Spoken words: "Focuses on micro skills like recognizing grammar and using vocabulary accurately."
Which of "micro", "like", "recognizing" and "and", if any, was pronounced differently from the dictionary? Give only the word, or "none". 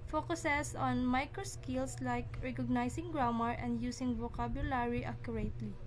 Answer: recognizing